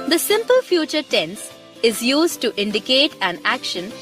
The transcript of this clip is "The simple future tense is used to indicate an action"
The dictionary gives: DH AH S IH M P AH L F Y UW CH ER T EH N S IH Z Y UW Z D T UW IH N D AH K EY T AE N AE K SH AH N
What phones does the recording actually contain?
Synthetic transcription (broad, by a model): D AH S IH M P AH L F Y UW CH ER T EH N S IH Z Y UW Z D T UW IH N D AH K EY T AE N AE K SH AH N